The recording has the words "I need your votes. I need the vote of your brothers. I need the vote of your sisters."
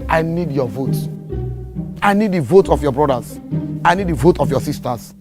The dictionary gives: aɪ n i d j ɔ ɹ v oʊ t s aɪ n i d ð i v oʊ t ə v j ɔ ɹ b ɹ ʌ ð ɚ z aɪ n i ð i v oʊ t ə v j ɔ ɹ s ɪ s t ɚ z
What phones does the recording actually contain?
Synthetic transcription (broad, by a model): aɪ n i d j ɔ v oʊ t aɪ n i d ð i v oʊ t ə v j ɔ b ɹ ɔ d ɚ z aɪ n i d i v oʊ t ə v j ɔ s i s t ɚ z